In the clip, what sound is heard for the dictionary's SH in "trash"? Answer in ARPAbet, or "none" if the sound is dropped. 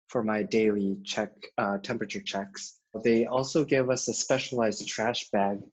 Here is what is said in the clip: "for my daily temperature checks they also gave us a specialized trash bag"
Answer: SH